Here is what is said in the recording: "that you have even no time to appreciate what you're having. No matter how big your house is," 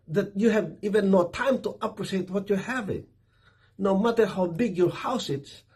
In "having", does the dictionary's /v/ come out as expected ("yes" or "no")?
yes